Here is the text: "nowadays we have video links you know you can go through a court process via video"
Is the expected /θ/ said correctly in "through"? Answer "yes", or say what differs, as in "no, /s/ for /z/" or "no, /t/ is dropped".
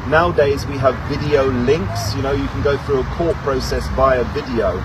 yes